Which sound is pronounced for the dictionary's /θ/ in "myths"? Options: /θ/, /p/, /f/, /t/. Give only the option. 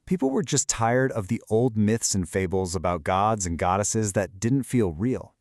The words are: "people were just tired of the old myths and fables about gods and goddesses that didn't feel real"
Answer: /θ/